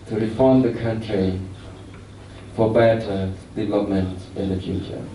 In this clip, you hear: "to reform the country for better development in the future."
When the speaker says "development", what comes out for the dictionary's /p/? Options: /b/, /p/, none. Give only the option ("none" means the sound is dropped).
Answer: none